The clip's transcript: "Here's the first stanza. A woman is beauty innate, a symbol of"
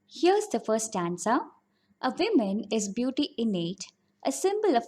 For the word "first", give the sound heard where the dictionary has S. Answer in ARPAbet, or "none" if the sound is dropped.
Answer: none